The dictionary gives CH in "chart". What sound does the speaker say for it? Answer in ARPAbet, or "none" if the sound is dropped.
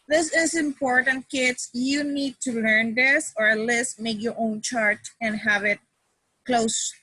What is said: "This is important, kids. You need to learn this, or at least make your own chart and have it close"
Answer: CH